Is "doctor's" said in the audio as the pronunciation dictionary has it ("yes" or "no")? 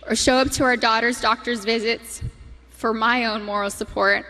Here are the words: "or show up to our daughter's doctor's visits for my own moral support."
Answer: yes